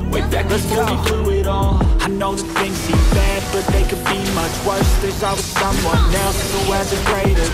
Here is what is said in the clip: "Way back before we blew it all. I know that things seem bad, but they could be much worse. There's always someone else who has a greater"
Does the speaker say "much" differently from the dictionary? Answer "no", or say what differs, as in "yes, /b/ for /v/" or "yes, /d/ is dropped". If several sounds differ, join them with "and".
no